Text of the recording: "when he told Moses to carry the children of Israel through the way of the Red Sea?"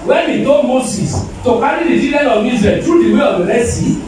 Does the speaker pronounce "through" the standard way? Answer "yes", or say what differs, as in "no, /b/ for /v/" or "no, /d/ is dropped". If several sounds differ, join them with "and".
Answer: no, /t/ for /θ/